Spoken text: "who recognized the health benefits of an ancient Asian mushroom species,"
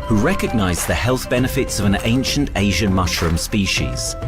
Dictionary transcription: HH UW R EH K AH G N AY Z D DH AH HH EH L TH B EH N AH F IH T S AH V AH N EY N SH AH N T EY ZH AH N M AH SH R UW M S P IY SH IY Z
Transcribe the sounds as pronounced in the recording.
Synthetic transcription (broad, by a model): HH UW R EH K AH G N AY Z DH AH HH EH L TH B EH N AH F IH T S AH V AH N EY N SH AH N T EY ZH AH N M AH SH R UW M S P IY SH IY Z